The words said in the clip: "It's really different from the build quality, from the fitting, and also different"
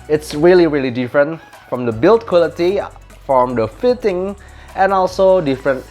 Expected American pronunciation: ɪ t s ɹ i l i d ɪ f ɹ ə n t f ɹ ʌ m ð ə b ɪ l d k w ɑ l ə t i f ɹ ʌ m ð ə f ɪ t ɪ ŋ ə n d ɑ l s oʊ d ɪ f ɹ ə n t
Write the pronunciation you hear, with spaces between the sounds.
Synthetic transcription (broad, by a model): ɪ t s ɹ i l i d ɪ f ɹ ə n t f ɹ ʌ m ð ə b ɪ l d k w ɑ l ə t i f ɹ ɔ m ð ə f ɪ t ɪ ŋ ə n ɑ l s oʊ d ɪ f ɹ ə n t